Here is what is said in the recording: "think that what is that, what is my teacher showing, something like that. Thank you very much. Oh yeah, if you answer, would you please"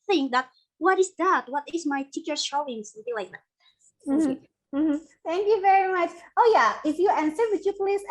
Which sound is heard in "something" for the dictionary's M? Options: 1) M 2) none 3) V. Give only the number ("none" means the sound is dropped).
2